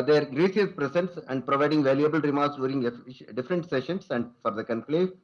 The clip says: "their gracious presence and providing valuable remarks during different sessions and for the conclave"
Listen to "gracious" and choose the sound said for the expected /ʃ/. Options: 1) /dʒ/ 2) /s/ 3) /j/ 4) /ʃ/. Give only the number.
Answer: 2